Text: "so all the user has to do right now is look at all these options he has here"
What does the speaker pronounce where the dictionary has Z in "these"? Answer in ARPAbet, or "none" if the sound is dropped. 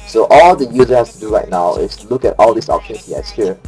S